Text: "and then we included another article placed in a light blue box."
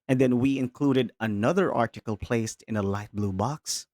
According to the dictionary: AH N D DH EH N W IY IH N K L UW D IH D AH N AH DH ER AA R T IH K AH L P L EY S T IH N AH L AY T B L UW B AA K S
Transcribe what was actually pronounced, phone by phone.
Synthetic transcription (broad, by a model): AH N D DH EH N W IY IH N K L UW D IH D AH N AH DH ER AA R T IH K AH L P L EY S T IH N AH L AY T B L UW B AA K S